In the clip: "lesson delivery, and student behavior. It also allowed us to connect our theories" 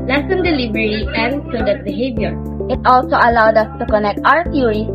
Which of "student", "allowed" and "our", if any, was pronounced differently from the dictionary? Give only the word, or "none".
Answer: student